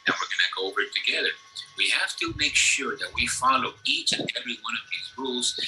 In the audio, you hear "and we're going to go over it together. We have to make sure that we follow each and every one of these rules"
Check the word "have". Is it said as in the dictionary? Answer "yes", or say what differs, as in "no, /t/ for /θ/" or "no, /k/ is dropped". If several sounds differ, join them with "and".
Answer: no, /f/ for /v/